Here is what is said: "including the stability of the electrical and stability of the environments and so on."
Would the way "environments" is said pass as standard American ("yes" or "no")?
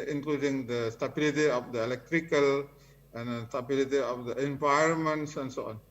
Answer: no